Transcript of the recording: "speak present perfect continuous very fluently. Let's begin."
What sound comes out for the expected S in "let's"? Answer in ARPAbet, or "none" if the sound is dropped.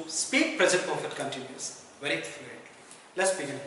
S